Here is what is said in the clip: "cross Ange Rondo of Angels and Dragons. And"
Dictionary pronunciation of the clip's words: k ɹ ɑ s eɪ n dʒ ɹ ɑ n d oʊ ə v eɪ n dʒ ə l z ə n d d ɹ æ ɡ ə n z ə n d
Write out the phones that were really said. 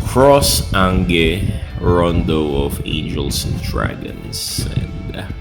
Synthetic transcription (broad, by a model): k ɹ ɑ s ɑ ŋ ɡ ɹ ɑ n d oʊ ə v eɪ n dʒ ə l s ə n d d ɹ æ ɡ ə n s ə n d